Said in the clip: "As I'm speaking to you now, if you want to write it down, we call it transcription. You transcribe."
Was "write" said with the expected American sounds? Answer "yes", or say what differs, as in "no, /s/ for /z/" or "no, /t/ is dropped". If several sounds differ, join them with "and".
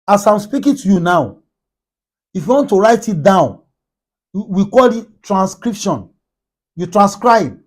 yes